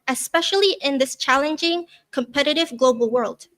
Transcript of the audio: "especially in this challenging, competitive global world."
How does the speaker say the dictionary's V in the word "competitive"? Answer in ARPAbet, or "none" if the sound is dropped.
V